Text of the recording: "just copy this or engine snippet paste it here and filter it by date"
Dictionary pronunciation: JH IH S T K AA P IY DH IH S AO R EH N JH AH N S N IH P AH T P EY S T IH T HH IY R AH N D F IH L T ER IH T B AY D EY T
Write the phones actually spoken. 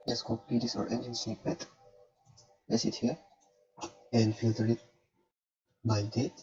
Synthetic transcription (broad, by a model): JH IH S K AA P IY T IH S AO R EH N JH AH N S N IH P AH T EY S IH T HH IY R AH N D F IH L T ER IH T B AY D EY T